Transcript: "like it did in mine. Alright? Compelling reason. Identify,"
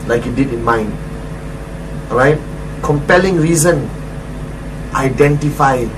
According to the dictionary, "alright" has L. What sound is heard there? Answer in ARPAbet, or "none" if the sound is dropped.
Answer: none